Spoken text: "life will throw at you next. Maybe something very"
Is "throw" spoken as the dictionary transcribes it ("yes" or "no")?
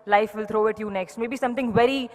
no